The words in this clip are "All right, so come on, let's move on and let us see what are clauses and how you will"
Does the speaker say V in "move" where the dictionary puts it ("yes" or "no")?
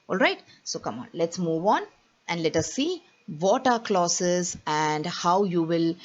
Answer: yes